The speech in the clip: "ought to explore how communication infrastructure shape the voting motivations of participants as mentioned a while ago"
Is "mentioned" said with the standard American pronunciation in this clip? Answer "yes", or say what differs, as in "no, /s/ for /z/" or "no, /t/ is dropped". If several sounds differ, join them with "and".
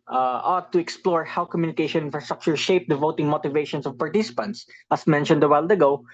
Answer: yes